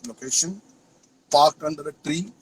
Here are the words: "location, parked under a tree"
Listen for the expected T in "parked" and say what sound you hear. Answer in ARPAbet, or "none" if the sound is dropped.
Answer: T